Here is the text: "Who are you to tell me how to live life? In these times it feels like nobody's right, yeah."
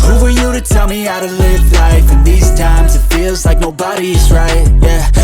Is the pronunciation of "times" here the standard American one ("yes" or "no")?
yes